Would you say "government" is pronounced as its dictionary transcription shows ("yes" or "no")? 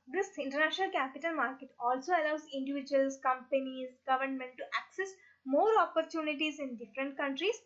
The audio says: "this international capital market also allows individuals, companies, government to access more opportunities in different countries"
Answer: yes